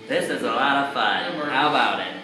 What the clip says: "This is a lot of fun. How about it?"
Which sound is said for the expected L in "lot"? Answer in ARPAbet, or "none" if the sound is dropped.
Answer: L